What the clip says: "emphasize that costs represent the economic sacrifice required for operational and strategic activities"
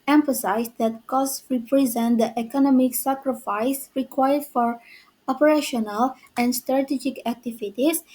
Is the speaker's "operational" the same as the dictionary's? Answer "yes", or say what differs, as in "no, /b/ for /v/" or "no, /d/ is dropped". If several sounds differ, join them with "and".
yes